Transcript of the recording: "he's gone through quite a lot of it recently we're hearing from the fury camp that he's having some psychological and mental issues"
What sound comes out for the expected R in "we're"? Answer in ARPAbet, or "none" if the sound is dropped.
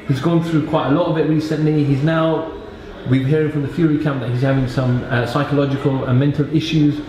W